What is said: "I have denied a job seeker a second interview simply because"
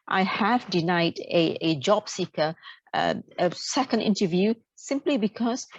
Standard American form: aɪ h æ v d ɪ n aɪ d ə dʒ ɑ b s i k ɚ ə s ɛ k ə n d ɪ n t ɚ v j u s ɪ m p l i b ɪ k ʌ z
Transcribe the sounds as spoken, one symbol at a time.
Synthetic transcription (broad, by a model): aɪ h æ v d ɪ n aɪ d ə dʒ ɑ b s i k ɚ ə s ɛ k ə n d ɪ n t ɚ v j u s ɪ m p l i b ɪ k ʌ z